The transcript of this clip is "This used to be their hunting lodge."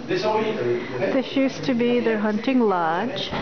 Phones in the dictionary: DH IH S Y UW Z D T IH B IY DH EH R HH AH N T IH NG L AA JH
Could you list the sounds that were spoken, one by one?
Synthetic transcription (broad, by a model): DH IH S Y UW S T IH B IY DH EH R HH AH N T IH NG L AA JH